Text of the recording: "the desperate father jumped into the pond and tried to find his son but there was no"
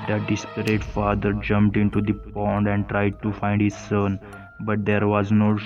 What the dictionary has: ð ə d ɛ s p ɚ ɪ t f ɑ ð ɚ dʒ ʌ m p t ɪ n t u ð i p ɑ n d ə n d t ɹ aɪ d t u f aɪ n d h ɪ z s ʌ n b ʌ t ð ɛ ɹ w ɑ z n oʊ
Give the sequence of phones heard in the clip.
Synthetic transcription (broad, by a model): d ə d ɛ s p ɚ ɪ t f ɑ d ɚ dʒ ʌ m p t ɪ n t u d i p ɑ n d ə n d t ɹ aɪ d t u f aɪ n d h ɪ z s ʌ n b ʌ t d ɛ ɹ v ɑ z n oʊ